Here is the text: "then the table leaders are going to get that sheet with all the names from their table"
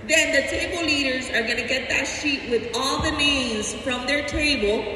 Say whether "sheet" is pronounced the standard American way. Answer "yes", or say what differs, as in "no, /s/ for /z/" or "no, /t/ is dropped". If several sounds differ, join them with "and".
yes